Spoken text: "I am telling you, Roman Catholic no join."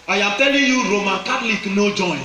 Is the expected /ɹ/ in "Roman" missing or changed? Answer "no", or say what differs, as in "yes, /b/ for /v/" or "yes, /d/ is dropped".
no